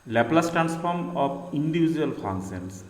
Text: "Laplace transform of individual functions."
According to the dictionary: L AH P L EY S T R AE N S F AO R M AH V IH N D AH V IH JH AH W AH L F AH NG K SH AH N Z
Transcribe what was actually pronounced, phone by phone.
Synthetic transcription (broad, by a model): L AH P L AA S T R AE N S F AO R M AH P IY N D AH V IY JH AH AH L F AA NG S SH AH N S